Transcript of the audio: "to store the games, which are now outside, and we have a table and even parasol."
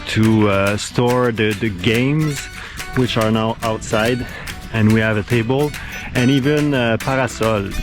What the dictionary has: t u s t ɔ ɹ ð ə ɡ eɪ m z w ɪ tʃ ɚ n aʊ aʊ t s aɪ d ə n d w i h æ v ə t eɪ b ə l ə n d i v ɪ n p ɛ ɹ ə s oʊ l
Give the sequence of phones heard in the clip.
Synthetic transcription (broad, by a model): t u s t ɔ ɹ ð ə ɡ eɪ m z w ɪ tʃ ɚ n aʊ aʊ t s aɪ d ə n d w i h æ v ə t eɪ b ə l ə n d i v ɪ n p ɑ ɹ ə s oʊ l